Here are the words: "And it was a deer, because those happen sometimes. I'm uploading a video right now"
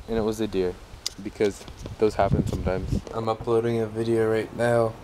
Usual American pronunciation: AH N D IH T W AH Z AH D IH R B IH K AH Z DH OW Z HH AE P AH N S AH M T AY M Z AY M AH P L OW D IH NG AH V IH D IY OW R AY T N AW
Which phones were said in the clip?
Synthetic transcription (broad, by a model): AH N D IH T W AH Z AH D IH R B IH K AH Z DH OW Z HH AE P AH N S AH M T AY M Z AY M AH P L OW D IH NG AH V IH D IY OW R AY T N AW